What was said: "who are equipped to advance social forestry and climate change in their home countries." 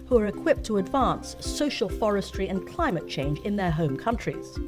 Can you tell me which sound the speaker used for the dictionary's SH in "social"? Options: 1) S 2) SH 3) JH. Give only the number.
2